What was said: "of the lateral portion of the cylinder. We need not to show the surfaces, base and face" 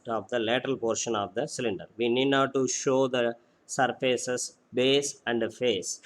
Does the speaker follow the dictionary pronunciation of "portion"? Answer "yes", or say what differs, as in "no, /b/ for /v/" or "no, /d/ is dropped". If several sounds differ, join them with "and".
yes